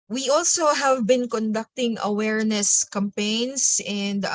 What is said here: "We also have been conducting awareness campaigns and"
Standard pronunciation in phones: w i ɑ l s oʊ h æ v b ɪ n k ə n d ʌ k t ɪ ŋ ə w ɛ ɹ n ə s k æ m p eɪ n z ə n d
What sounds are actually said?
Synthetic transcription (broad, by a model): w i ɑ l s oʊ h æ v b ɪ n k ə n d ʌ k t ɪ ŋ ə w ɛ ɹ n ə s k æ m p eɪ n s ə n d